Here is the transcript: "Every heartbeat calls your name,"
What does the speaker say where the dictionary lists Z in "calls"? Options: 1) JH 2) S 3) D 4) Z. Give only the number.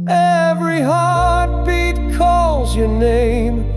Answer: 4